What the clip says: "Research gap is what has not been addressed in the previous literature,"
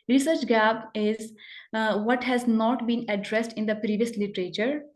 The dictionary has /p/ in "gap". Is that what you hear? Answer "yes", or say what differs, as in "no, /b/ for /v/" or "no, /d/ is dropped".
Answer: no, /b/ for /p/